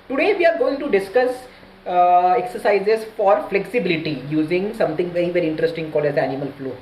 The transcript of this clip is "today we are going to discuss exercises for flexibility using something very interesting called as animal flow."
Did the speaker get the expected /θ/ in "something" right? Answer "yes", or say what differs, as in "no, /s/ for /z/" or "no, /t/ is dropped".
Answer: no, /t/ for /θ/